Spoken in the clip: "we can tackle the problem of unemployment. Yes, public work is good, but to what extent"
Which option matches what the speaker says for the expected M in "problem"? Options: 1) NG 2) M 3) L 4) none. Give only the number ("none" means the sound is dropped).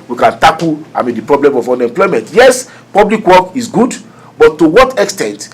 2